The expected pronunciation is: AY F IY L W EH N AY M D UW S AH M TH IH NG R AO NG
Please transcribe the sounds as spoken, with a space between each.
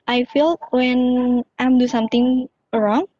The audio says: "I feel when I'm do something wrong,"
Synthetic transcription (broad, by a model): AY F IY L W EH N AY M D UW S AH M T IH NG R AO NG